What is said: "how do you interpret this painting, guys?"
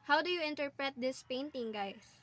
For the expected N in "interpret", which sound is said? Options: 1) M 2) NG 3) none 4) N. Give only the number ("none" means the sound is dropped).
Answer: 4